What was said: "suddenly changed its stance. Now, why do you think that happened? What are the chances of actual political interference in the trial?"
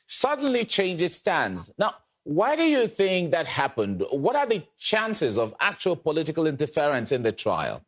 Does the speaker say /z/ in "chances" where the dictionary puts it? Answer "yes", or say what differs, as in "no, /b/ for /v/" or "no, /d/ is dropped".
yes